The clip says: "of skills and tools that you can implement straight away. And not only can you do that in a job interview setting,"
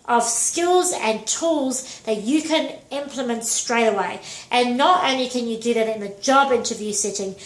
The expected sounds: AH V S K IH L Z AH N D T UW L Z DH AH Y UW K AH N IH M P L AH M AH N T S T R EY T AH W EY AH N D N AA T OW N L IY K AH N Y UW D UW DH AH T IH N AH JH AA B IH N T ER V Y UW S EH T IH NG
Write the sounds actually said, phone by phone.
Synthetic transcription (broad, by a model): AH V S K IH L Z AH N T UW L Z DH AH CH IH K AH N IH M P L AH M AH N T S T R EY T AH W EY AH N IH N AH T OW N L IY K AH N Y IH D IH DH AH T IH N AH JH AA B IH N T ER V Y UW S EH T IH NG